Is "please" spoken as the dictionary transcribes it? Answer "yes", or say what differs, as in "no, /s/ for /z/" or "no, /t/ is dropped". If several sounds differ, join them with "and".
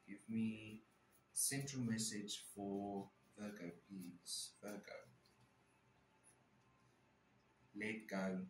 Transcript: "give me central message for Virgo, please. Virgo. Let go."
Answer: no, /l/ is dropped